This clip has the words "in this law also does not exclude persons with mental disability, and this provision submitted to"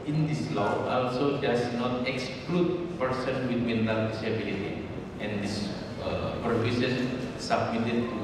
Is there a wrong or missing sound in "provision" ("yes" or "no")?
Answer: yes